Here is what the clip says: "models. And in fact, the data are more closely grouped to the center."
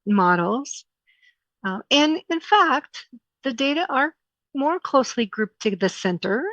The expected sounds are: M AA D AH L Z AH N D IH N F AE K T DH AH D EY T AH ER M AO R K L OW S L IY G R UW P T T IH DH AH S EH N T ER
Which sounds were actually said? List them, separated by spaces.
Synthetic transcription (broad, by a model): M AA D L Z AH N IH N F AE K T DH AH D EY T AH ER M AO R K L OW S L IY G R UW P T T IH DH AH S EH N T ER